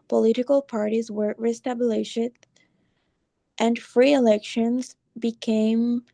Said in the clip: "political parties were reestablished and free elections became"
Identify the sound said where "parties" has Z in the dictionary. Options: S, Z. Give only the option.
Z